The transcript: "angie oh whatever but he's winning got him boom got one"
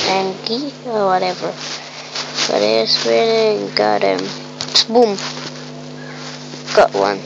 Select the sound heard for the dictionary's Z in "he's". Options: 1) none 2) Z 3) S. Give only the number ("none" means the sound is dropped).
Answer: 3